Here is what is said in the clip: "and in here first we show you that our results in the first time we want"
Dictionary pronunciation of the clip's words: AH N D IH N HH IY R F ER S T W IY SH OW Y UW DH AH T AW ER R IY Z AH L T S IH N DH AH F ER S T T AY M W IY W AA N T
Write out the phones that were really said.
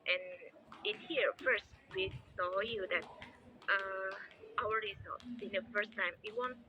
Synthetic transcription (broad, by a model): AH N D IH N HH IY R F ER S T W IY S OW Y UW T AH T AW ER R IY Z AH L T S IH N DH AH F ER S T T AY M W IY W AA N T